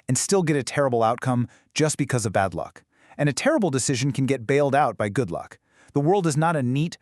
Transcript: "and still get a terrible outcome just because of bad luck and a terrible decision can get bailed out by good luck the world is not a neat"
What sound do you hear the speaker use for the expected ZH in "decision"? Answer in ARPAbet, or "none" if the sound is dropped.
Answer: ZH